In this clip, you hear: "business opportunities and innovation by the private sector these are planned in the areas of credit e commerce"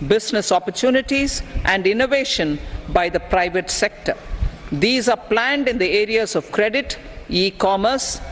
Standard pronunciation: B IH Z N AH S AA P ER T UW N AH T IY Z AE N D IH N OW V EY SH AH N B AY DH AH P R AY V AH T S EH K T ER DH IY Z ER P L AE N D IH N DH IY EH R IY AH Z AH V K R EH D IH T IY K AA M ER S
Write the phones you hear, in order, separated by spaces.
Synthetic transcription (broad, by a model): B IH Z N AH S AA P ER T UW N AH T IY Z AE N D IH N OW V EY SH AH N B AY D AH P R AY V AH T S EH K T ER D IY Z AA P L AE N D IH N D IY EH R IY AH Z AH V K R EH D IH T IY K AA M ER S